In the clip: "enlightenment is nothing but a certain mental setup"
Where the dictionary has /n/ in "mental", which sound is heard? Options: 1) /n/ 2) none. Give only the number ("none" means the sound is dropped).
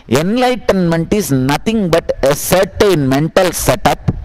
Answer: 1